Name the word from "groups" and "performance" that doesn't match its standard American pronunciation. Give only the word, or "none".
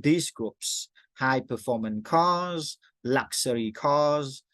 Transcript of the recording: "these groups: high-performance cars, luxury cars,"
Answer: performance